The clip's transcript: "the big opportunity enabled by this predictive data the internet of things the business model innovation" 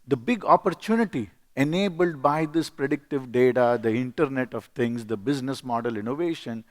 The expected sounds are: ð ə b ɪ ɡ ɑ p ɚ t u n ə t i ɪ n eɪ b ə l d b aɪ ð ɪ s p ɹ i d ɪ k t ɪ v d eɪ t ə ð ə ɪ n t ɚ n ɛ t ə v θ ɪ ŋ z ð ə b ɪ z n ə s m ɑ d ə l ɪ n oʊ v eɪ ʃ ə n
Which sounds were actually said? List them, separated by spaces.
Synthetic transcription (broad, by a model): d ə b ɪ ɡ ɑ p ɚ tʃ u n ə t i ɪ n eɪ b ə l d b aɪ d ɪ s p ɹ i d ɪ k t ɪ v d eɪ t ə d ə ɪ n t ɚ n ɛ t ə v t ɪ ŋ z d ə b ɪ z n ə s m ɑ d ə l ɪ n oʊ v eɪ ʃ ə n